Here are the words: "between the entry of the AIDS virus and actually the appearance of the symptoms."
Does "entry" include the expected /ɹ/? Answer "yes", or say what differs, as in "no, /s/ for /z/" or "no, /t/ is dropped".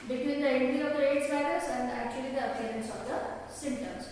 no, /ɹ/ is dropped